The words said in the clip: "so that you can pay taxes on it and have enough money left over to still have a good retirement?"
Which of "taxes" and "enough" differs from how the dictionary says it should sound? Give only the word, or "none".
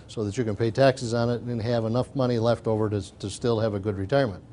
none